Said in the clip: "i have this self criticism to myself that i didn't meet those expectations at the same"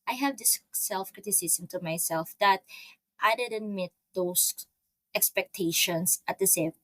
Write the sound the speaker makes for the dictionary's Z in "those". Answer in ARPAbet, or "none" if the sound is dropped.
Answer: S